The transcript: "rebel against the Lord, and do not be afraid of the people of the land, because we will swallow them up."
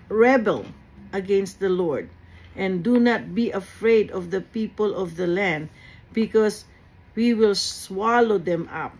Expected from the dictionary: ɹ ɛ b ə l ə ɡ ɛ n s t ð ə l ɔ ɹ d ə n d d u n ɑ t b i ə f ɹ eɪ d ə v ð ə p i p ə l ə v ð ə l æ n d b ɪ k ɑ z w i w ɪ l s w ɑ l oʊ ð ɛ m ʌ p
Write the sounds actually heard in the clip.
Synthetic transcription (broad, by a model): ɹ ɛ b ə l ə ɡ ɛ n s t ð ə l ɔ ɹ d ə n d d u n ɑ t b i ə f ɹ eɪ d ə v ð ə p i p ə l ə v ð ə l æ n d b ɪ k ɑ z w i w ɪ l s w ɑ l oʊ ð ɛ m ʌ p